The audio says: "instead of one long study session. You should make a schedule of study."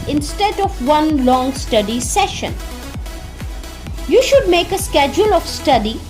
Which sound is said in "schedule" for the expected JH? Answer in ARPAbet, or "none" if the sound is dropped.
JH